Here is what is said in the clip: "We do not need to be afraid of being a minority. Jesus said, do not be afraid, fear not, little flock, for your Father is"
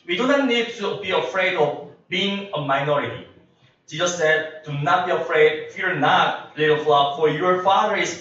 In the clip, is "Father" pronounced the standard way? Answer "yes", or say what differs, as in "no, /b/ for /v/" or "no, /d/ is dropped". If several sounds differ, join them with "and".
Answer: no, /ð/ is dropped